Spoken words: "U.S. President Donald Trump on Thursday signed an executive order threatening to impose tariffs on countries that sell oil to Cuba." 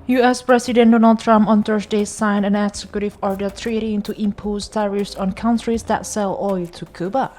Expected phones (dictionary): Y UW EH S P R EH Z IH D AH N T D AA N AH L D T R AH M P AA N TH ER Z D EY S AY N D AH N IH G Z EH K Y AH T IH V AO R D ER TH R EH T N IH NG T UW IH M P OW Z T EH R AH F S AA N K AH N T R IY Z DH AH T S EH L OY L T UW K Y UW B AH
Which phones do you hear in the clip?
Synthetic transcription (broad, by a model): Y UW EH S P R EH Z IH D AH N D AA N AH L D T R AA M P AA N T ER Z D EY S AY N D AH N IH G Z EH K Y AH T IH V AO R D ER T R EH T IH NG T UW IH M P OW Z T EH R AH F S AA N K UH N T R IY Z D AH T S EH L OY L T UW K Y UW B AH